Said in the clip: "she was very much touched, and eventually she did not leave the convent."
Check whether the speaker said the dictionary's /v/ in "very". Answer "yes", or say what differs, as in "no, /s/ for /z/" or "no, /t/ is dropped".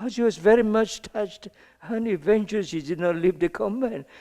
yes